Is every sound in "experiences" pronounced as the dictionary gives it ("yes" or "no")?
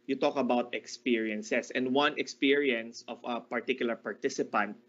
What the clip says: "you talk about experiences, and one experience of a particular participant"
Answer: no